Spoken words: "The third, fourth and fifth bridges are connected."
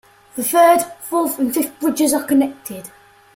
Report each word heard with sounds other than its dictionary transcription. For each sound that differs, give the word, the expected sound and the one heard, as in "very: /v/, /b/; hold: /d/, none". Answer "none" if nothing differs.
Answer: fourth: /ɹ/, /l/; fifth: /θ/, /f/